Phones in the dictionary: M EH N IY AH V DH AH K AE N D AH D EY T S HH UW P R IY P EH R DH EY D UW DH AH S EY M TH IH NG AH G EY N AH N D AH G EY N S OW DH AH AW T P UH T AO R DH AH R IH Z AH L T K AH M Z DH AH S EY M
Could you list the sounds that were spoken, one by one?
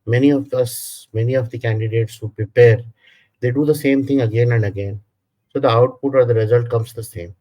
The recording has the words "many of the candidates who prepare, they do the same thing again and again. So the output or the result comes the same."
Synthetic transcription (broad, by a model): M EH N IY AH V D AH K AE N D AH D EY T S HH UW P R IY P EH R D EY D UW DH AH S EY M T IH NG AH G EY N AH N D AH G EY N S OW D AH AW T P UH T AO R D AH R IH Z AH L T K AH M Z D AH S EY M